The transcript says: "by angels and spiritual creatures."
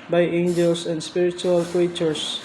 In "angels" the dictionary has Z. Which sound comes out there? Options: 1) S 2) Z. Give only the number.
1